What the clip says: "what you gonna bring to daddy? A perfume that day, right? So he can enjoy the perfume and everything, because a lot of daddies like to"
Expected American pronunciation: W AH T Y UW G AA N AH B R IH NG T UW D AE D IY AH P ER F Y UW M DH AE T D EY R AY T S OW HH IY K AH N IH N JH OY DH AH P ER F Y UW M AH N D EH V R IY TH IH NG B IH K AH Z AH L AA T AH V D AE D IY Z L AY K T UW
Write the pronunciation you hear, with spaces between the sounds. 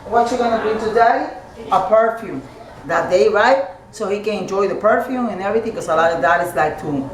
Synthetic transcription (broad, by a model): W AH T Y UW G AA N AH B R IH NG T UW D D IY AH P ER F Y UW M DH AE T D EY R AY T S OW HH IY K AH N IH N JH OY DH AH P ER F Y UW M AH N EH V R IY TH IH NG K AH S AH L AA T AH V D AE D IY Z L AY K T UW